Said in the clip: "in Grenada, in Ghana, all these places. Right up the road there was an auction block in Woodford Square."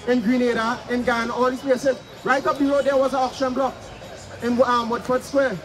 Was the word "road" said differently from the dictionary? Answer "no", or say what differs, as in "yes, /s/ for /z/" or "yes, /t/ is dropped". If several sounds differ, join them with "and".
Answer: yes, /l/ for /ɹ/